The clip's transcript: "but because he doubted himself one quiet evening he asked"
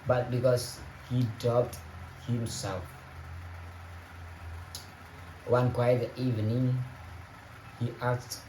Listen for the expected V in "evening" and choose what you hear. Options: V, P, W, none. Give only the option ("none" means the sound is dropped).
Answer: V